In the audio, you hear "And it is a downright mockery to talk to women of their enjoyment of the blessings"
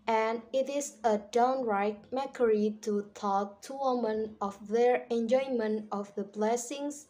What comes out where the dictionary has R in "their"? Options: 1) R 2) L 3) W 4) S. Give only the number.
1